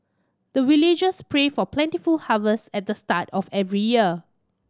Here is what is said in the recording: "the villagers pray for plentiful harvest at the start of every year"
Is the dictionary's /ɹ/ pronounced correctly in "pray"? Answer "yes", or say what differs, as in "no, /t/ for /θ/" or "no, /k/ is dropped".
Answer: yes